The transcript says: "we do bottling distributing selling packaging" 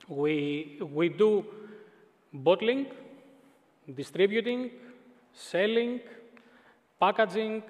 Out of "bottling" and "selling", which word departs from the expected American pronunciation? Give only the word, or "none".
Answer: none